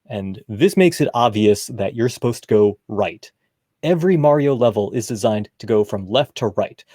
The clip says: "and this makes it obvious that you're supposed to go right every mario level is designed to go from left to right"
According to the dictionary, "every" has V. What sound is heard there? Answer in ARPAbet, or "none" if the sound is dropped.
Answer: V